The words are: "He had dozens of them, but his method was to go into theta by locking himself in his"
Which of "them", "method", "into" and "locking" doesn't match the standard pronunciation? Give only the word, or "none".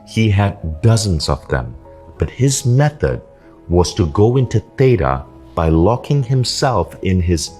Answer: none